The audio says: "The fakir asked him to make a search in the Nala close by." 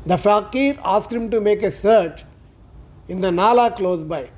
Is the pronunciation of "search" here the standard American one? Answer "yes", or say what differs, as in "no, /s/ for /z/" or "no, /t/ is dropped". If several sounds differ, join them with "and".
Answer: yes